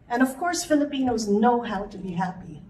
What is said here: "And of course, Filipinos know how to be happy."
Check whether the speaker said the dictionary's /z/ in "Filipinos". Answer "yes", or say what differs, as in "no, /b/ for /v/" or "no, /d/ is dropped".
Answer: yes